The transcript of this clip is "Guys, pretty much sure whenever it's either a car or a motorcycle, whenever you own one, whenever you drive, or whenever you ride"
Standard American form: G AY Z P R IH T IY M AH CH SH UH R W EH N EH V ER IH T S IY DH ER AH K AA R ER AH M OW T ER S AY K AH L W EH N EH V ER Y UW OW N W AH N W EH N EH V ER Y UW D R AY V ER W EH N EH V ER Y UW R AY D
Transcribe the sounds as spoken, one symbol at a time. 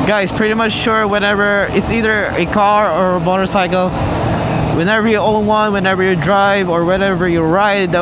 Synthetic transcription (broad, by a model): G AY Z P R IH T IY M AH CH SH UH R W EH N EH V ER IH T S IY DH ER AH K AA R ER AH M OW T ER S AY K L W EH N EH V ER Y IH OW N W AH N W EH N EH V ER Y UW D R AY V ER W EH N EH V ER Y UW R AY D